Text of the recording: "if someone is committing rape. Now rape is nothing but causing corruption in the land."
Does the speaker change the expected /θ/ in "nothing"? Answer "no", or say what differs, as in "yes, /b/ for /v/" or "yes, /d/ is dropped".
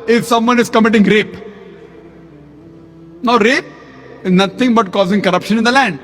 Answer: yes, /t/ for /θ/